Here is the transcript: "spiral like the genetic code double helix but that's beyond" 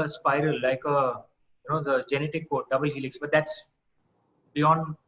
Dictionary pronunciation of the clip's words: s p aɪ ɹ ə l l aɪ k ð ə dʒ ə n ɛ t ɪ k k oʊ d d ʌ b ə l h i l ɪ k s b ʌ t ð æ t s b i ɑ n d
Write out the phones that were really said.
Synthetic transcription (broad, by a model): s p aɪ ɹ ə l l aɪ k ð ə dʒ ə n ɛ t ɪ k k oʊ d d ʌ b ə l h i l ɪ k s b ʌ t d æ t s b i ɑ n d